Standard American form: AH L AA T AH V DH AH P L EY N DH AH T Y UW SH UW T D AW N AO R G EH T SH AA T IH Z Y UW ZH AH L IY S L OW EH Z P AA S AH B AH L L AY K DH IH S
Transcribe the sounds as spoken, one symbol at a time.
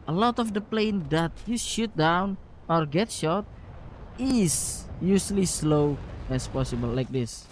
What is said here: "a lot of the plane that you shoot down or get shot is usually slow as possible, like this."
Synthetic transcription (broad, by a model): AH L AA T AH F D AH P L EY N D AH T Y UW SH UW T D AW N AO R G EH T SH AA T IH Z Y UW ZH L IY S L OW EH S P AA S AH B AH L L AY K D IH S